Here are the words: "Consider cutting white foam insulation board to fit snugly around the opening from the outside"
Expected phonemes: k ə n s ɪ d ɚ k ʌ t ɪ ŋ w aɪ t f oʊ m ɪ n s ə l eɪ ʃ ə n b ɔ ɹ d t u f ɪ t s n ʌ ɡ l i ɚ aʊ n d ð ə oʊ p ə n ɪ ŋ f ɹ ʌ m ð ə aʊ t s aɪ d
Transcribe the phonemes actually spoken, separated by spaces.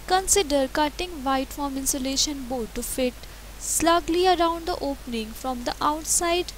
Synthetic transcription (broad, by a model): k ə n s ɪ d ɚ k ʌ t ɪ ŋ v aɪ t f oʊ m ɪ n s ə l eɪ ʃ ə n b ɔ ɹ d t u f ɪ t s l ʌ ɡ l i ɚ aʊ n d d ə oʊ p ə n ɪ ŋ f ɹ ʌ m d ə aʊ t s aɪ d